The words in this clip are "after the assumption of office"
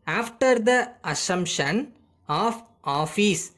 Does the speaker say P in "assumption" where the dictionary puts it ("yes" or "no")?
yes